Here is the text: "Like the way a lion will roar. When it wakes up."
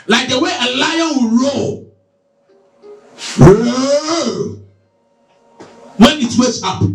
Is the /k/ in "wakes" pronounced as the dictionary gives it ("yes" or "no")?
no